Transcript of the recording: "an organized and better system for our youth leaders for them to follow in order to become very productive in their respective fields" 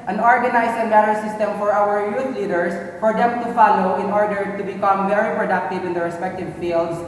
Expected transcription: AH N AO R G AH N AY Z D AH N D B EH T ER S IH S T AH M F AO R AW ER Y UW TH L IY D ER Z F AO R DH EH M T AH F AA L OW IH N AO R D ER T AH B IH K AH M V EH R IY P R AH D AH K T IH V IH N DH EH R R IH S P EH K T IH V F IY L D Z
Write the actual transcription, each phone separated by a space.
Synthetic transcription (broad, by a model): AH N AO R G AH N AY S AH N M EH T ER S IH S T AH M F AO R AW ER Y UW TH L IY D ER S F AO R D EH M T AH F AA L OW IH N AO R D ER T AH B IH K AH M V EH R IY P R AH D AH K T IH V IH N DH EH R R IH S P EH K T IH V F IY L D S